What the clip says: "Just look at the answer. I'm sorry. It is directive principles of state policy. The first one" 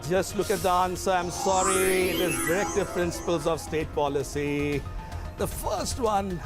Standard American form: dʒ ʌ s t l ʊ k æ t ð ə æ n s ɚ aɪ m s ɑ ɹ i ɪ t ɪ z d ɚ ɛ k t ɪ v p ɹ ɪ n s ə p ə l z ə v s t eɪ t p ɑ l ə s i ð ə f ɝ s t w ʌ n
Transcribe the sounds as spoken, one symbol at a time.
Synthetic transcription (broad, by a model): dʒ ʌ s t l ʊ k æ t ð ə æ n s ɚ aɪ m s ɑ ɹ i ɪ t ɪ z d ɚ ɛ k t ɪ v p ɹ ɪ n s ə p ə l z ə v s t eɪ t p ɑ l ə s i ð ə f ɝ s t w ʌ n